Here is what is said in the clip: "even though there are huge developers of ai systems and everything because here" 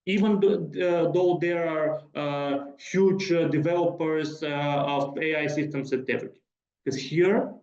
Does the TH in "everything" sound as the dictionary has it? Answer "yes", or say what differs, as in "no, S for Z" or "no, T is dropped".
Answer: no, T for TH